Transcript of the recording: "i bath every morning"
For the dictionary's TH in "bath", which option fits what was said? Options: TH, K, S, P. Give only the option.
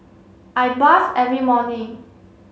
S